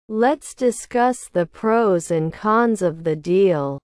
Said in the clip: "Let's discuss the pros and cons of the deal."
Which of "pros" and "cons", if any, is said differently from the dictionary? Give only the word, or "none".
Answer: none